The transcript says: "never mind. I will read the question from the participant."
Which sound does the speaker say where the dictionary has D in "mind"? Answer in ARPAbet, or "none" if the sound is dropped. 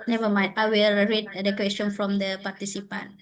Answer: none